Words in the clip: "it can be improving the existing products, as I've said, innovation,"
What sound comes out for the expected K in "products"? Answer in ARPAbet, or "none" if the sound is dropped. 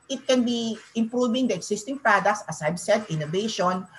K